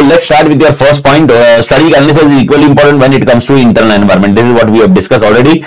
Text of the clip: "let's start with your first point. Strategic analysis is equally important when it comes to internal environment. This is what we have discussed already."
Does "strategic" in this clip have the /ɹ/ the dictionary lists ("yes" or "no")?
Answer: no